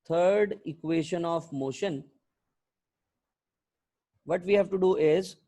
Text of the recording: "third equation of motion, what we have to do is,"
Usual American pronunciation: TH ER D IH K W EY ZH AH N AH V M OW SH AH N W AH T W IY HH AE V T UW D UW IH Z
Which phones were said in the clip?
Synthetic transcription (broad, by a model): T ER D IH K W EY SH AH N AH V M OW SH AH N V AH T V IY HH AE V T UW D UW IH Z